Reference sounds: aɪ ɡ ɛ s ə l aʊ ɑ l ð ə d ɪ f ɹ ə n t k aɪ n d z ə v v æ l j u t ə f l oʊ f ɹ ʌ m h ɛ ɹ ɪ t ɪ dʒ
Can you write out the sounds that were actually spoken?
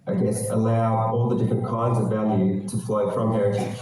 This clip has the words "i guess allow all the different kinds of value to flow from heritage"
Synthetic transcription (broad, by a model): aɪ ɡ ɛ s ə l aʊ ɑ l ð ə d ɪ f ɹ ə n k aɪ n d z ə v v æ l j u t ə f l oʊ f ɹ ʌ m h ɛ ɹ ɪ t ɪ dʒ